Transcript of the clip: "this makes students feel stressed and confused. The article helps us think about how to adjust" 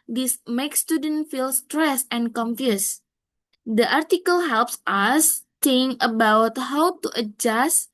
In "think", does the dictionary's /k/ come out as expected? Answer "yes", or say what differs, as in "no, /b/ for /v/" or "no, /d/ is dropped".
no, /k/ is dropped